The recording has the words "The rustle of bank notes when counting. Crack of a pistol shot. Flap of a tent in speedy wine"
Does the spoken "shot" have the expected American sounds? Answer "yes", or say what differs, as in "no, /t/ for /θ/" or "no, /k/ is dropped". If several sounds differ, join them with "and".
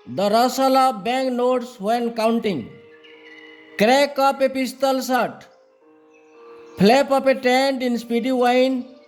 no, /s/ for /ʃ/